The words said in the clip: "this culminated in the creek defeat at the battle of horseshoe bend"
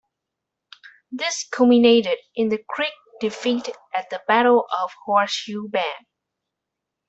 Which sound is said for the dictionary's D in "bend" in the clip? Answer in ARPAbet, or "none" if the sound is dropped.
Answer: none